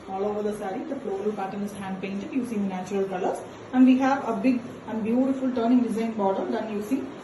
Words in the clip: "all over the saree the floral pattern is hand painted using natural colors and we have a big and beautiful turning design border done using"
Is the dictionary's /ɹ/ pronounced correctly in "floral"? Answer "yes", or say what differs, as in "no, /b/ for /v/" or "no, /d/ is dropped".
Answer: no, /l/ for /ɹ/